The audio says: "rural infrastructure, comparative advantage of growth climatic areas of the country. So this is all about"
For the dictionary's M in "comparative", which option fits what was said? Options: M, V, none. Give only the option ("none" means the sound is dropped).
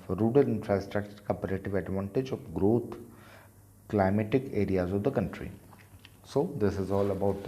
none